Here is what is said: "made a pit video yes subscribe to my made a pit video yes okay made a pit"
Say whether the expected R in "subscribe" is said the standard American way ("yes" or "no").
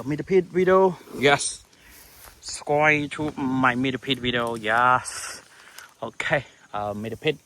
no